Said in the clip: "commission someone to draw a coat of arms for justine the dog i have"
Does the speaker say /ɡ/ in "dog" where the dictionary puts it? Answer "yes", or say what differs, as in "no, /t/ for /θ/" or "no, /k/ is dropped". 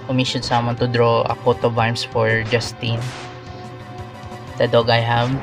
yes